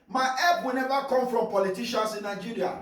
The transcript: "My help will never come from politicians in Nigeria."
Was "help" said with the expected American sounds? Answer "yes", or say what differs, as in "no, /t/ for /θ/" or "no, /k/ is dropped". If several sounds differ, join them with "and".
no, /l/ is dropped